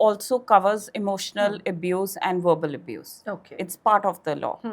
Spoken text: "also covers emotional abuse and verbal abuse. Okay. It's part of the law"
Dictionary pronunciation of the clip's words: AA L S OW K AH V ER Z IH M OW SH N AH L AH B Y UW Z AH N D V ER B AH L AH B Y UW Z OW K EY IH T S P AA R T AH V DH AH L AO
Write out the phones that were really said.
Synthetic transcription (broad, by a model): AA L S OW K AH V ER Z IH M OW SH N AH L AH B Y UW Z AH N D V ER B AH L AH B Y UW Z OW K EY IH T S P AA R T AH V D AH L AO